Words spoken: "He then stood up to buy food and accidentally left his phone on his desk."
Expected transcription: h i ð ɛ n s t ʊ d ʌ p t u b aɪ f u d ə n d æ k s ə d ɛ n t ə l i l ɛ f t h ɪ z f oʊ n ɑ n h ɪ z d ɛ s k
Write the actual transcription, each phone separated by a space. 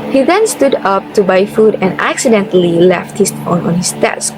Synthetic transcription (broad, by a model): h i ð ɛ n s t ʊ d ʌ p t u b aɪ f u d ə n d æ k s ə d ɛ n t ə l i l ɛ f t h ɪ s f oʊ n ɑ n h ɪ s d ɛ s k